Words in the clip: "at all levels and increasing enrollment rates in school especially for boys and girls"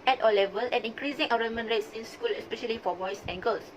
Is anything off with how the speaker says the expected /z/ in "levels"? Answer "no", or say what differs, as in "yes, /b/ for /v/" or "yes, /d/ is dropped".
yes, /z/ is dropped